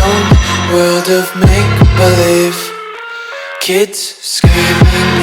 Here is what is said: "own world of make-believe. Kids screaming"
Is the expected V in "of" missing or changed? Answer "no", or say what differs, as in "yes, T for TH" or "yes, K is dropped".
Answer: no